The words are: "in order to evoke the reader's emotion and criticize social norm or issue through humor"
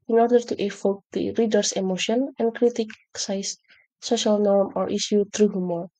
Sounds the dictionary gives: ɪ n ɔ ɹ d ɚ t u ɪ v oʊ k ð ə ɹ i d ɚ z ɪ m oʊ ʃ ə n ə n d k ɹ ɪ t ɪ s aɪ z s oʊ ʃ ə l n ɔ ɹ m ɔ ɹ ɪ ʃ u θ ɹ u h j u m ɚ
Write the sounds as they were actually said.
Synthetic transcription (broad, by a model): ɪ n ɔ ɹ d ɚ t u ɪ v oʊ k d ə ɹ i d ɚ s ɪ m oʊ ʃ ə n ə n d k ɹ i t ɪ s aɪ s s oʊ ʃ ə l n ɔ ɹ m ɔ ɹ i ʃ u t ɹ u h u m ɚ